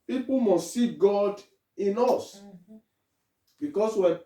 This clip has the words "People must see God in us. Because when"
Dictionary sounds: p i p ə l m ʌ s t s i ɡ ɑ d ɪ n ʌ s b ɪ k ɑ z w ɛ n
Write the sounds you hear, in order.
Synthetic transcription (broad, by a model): p i p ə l m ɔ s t s i ɡ ɑ d ɪ n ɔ s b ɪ k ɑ s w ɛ